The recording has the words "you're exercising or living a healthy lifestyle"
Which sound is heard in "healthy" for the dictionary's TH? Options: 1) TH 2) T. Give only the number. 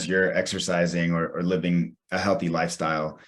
1